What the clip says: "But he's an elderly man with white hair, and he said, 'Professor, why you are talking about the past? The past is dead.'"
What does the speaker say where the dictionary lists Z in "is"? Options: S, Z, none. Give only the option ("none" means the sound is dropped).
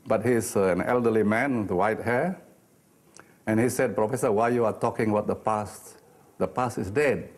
S